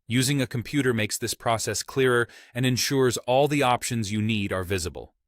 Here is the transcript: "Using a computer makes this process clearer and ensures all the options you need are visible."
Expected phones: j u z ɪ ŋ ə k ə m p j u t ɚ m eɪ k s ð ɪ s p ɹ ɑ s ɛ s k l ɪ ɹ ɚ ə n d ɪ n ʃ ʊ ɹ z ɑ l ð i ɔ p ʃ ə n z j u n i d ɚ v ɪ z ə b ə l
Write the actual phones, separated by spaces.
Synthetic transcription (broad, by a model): j u z ɪ ŋ ə k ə m p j u t ɚ m eɪ k s ð ɪ s p ɹ ɑ s ɛ s k l ɪ ɹ ɚ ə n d ɪ n ʃ ʊ ɹ z ɑ l ð i ɔ p ʃ ə n z j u n i d ɚ v ɪ z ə b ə l